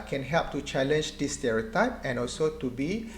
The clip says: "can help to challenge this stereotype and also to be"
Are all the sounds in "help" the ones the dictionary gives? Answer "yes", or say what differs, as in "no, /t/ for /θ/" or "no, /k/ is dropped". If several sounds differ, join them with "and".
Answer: yes